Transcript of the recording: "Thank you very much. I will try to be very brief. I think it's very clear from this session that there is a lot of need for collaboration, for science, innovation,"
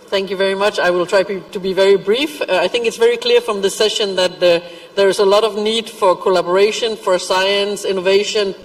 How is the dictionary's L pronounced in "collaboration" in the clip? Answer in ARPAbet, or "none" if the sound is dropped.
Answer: L